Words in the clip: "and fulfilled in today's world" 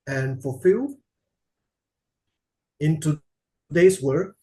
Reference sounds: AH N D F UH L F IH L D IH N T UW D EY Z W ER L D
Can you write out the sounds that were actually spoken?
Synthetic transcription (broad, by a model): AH N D F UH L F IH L IH N T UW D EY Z W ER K